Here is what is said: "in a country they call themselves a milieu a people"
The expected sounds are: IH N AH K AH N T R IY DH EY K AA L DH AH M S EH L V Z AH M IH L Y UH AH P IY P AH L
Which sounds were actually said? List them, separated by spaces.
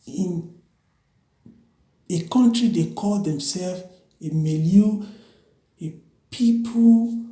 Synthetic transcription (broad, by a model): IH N AH K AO N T R IY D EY K AA L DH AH M S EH L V AH M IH L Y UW AH P IY P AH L